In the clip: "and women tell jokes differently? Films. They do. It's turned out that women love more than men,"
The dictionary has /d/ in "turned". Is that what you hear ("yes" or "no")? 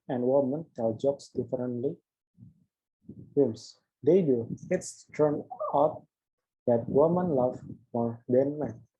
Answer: no